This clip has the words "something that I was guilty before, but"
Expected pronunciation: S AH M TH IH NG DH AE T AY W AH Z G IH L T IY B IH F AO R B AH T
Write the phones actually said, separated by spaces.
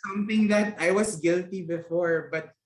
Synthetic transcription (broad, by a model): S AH M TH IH NG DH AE T AY W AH S G IH L T IY B IH F AO R B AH T